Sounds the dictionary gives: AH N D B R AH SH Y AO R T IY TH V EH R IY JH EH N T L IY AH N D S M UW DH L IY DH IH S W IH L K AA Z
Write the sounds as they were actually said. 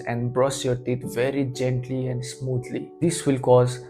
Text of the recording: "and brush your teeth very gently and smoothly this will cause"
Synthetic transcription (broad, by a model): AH N D B R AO S Y AO R T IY T V EH R IY JH EH N T L IY AH N D S M UW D L IY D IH S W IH L K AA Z